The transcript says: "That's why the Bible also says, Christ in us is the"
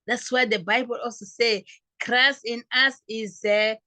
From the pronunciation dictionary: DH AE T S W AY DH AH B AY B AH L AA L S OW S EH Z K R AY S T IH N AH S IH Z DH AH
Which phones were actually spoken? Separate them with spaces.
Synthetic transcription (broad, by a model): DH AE T S W AY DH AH B AY B AH L AA L S OW S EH K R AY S IH N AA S IH Z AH